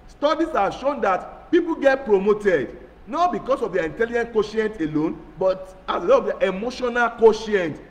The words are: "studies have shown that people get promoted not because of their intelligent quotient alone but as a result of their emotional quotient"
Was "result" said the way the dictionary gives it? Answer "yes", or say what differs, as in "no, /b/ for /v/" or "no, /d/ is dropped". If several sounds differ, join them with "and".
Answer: no, /l/ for /ɹ/